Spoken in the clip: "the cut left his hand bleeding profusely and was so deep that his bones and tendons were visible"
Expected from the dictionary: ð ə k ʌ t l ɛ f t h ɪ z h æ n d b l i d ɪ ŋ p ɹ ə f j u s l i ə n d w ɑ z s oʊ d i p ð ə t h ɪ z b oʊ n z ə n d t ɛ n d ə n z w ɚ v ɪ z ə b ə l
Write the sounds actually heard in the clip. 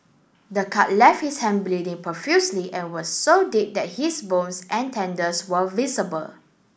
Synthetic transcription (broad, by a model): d ə k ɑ t l ɛ f t h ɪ s h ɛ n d b l i d ɪ ŋ p ə f j u s l i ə n w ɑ s oʊ d i p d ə t h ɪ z b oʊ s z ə n t ɛ n d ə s w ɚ v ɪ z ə b ə l